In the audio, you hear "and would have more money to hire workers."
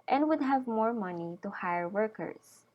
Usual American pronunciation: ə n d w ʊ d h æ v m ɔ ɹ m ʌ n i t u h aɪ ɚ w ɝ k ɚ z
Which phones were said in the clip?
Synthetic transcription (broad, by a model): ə n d w ʊ d h æ v m ɔ ɹ m ʌ n i t u h aɪ ɚ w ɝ k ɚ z